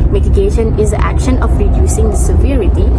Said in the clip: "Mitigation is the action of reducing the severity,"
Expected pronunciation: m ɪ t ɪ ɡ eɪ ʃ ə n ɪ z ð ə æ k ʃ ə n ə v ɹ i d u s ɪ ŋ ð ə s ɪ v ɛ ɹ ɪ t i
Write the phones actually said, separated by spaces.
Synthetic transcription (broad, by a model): m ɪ t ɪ ɡ eɪ ʃ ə n ɪ z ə æ k ʃ ə n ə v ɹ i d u s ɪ ŋ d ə s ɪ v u ɹ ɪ t i